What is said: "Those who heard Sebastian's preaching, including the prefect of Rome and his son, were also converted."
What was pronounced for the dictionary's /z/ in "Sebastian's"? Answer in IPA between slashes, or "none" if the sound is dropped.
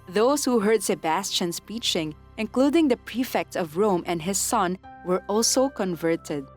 /s/